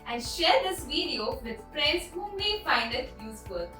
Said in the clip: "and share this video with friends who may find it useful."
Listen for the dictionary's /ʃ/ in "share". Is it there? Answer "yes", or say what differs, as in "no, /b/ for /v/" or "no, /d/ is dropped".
yes